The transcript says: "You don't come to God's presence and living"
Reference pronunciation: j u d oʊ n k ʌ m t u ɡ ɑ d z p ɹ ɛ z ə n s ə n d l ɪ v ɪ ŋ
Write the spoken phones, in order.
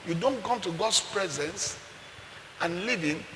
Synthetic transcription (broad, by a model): j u d oʊ n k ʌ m t u ɡ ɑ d s p ɹ ɛ z ə n s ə n l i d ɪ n